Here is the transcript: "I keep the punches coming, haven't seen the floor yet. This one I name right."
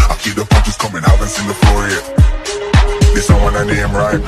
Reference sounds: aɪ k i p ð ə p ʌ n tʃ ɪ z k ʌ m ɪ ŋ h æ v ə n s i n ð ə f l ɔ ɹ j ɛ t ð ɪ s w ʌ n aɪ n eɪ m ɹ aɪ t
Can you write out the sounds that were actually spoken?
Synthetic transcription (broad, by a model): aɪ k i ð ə f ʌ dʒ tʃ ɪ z k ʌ m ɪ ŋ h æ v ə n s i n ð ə f l ɔ ɹ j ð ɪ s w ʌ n aɪ n eɪ m ɹ aɪ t